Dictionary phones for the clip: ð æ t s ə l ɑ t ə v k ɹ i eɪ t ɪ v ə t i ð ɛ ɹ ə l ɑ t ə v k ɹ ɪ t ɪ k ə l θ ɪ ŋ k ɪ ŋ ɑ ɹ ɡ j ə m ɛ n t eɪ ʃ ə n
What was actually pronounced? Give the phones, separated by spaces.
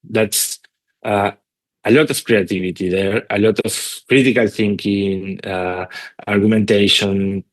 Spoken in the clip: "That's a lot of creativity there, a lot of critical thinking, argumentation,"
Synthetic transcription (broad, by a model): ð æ t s ə l ɑ t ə f k ɹ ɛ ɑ t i b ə t i ð ɛ ɹ ə l ɑ t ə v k ɹ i t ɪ k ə l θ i ŋ k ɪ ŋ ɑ ɹ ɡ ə m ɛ n t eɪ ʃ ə n